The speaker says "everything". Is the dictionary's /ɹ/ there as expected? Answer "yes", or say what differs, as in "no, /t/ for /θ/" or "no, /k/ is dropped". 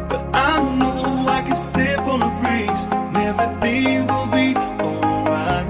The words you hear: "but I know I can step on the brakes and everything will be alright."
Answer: no, /ɹ/ is dropped